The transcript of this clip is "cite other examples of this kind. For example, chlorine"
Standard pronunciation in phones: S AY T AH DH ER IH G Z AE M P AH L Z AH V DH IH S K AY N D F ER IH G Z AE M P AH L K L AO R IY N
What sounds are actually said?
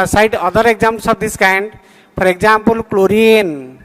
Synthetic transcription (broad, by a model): S AY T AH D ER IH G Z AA M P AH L S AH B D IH S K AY N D P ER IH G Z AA M P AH L K L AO R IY N